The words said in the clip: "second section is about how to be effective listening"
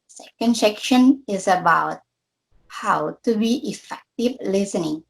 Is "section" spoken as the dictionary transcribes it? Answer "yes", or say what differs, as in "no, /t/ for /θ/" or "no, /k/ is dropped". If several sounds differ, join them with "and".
yes